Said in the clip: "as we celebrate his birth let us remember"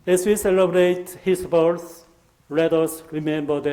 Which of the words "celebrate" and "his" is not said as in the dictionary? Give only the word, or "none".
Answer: his